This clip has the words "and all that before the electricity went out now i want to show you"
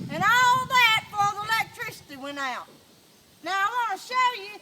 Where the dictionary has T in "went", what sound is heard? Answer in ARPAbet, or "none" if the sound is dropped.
none